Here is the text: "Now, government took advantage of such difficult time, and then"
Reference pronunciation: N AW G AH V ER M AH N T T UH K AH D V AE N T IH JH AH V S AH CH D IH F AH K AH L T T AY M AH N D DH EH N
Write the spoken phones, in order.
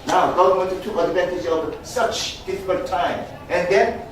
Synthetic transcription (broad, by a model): N AW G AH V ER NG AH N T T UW AH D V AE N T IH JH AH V S AH CH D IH F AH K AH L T T AY M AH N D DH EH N